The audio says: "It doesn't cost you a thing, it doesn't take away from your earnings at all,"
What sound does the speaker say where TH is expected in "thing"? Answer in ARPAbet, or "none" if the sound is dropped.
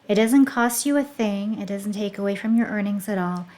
TH